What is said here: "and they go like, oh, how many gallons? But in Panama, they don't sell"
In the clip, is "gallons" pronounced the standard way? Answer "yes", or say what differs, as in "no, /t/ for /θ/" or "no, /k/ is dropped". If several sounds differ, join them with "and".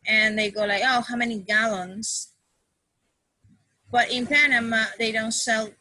yes